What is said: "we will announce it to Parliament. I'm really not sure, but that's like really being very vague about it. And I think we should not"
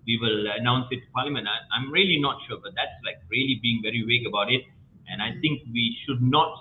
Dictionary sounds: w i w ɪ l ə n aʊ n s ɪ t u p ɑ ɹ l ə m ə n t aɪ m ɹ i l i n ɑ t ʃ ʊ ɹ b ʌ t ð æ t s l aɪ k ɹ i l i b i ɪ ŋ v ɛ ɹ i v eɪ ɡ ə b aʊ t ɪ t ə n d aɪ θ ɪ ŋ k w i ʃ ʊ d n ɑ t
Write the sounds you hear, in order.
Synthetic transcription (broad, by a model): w i w ɪ l ə n aʊ n s ɪ t u p ɑ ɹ l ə m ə n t aɪ m ɹ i l i n ɑ t ʃ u b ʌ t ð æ t s l aɪ k ɹ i l i b i ɪ ŋ v ɛ ɹ i w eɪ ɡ ə b aʊ t ɪ t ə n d aɪ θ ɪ ŋ k w i ʃ ʊ d n ɑ t